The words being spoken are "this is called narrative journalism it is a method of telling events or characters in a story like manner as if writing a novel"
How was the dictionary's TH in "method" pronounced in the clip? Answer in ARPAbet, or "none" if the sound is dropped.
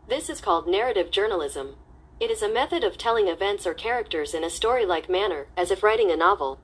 TH